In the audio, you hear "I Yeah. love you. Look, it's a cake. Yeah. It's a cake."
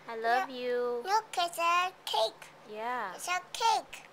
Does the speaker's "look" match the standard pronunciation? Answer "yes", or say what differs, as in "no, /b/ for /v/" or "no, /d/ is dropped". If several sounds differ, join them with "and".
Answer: no, /n/ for /l/